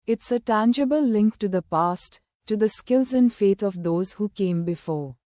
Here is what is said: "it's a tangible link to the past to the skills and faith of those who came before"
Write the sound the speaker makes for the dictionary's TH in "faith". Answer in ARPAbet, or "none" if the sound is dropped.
T